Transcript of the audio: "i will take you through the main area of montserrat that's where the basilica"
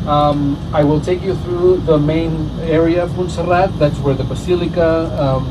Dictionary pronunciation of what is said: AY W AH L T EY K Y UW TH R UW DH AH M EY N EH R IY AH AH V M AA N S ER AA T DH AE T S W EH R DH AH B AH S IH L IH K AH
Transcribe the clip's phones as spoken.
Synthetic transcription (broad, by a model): AY W AH L T EY K Y UW TH R UW DH AH M EY N EH R IY AH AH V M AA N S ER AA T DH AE T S W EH R DH AH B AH S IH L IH K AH